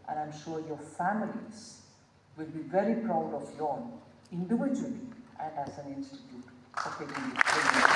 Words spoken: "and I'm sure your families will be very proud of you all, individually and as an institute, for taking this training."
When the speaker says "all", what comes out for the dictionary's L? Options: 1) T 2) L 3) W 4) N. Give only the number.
4